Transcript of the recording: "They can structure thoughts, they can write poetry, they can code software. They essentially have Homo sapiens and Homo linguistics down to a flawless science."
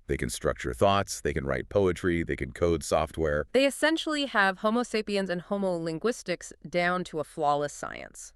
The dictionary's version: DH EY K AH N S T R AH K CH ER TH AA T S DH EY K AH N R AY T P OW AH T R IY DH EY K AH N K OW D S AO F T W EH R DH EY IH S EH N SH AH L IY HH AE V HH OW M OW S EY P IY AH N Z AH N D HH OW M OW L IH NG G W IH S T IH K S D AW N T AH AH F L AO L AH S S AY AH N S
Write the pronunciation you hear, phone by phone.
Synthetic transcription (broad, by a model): DH EY K AH N S T R AH K CH ER TH AA T S DH EY K AH N R AY T P OW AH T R IY DH EY K AH N K OW D S AO F T W EH R DH EY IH S EH N SH L IY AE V HH OW M OW S EY P IY AH N Z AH N HH OW M OW L IH NG G W IH S T IH K S D AW N T AH AH F L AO L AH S S AY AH N S